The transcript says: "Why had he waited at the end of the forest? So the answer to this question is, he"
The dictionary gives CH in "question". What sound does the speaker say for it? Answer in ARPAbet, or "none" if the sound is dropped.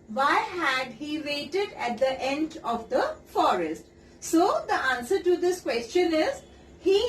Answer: CH